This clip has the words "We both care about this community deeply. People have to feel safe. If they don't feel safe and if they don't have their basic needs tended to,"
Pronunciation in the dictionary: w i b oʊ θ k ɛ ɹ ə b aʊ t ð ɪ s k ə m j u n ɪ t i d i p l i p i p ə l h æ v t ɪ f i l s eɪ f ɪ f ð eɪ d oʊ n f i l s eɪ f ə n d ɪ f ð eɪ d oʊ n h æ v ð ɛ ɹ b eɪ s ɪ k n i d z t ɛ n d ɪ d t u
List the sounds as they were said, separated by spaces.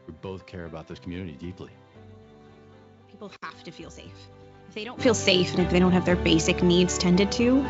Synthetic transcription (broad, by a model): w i b oʊ θ k ɛ ɹ ə b aʊ t ð ɪ s k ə m j u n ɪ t i d i p l i p i p l h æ f t ɪ f i l s eɪ f ɪ f ð eɪ d oʊ n f i l s eɪ f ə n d ɪ f ð eɪ d oʊ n h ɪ v ð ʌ ɹ b eɪ s ɪ k n i d z t ɛ n d ɪ d t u